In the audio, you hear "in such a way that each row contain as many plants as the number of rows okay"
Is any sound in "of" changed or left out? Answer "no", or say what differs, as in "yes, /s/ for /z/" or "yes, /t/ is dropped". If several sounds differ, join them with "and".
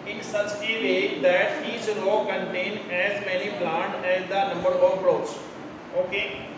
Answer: yes, /p/ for /v/